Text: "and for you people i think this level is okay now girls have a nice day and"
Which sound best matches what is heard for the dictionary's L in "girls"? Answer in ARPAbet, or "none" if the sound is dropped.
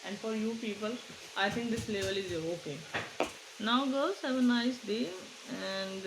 none